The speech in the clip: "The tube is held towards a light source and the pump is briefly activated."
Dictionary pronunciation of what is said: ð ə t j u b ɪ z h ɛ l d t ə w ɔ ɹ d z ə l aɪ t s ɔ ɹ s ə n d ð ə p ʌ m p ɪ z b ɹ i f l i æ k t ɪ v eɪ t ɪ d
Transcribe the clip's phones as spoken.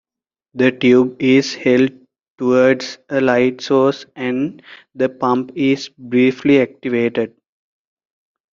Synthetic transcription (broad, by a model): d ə t j u b ɪ z h ɛ l d t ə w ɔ ɹ d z ə l aɪ t s ɔ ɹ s ə n d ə p ʌ m p ɪ z b ɹ i f l i æ k t ɪ v eɪ t ɪ d